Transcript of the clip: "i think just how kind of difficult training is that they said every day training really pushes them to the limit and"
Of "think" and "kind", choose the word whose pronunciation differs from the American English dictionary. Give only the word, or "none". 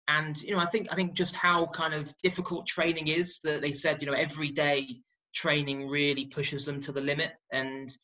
none